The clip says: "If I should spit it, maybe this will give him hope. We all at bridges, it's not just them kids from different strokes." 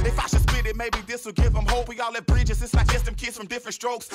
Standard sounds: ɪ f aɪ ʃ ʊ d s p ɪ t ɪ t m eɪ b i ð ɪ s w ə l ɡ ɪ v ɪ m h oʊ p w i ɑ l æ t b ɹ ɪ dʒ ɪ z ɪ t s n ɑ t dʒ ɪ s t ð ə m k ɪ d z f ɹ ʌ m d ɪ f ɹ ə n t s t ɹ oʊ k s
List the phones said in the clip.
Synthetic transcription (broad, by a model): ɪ f aɪ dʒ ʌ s b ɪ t ɪ t m eɪ b i ð ɪ s w ə l ɡ ɪ v ɪ m h oʊ p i ɑ l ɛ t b ɹ ɪ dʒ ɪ z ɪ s l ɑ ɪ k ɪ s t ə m k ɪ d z f ɹ ʌ m d ɪ f ɹ ə n t s t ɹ oʊ k s